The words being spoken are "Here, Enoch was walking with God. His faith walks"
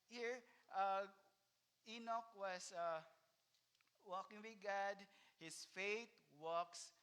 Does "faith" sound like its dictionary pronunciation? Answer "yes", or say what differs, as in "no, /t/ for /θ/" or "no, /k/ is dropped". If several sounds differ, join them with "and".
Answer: no, /t/ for /θ/